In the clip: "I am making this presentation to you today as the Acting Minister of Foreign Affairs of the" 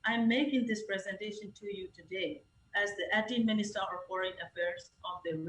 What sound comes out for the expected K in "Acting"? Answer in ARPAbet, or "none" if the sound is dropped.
none